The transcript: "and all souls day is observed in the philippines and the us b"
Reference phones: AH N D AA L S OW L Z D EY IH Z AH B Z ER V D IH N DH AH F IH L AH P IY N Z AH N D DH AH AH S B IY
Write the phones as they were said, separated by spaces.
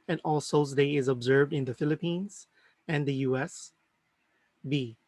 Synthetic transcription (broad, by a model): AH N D AA L S OW Z D EY IH Z AH B Z ER V D IH N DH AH F IH L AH P IY N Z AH N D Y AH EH S B IY